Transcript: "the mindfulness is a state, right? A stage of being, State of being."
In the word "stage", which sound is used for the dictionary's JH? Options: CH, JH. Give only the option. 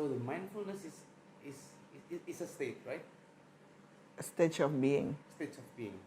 CH